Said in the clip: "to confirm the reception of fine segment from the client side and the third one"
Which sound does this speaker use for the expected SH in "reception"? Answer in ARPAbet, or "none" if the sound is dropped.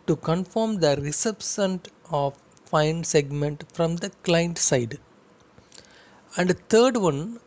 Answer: S